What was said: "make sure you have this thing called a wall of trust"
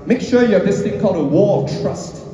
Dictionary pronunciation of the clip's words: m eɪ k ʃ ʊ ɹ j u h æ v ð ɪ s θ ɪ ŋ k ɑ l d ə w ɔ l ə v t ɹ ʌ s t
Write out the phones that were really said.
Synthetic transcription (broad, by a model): m eɪ k ʃ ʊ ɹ j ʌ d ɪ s t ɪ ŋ k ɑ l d ə w ɔ ə v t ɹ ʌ s t